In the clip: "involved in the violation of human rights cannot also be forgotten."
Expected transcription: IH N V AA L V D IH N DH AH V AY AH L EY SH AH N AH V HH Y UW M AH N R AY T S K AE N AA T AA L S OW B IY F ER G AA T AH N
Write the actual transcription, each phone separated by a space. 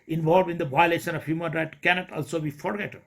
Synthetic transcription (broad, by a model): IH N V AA L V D IH N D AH V AY AH L EY SH AH N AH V HH Y UW M AH N R AY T K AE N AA T AA L S OW B IY F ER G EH T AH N